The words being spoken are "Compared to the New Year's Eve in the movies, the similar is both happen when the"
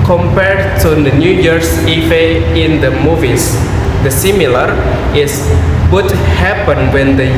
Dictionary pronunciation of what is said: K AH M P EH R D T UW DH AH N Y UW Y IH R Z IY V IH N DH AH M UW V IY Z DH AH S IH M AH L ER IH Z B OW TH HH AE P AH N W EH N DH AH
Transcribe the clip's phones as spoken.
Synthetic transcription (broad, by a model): K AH M P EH R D T UW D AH N Y UW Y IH R S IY F IH N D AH M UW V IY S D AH S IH M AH L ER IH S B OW T HH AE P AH N W EH N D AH